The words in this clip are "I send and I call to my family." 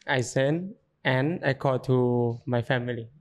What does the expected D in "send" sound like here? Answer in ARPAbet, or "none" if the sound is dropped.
none